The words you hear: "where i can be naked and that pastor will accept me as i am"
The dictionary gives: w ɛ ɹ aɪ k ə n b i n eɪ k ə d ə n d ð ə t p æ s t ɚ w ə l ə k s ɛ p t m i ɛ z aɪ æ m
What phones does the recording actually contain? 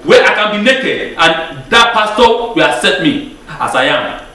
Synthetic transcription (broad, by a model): w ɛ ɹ aɪ k ə n b i n eɪ k ə d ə n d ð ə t p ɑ s t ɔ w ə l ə s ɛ t m i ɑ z aɪ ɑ m